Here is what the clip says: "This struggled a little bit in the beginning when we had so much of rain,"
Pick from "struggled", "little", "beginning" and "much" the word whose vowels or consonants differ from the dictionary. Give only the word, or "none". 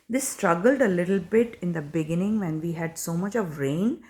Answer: none